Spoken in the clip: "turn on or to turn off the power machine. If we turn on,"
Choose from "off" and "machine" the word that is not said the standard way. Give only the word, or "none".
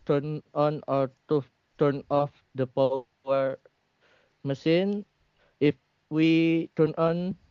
machine